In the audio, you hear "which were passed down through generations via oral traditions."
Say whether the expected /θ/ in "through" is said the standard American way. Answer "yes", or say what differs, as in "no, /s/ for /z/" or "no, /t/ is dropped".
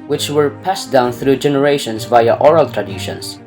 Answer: yes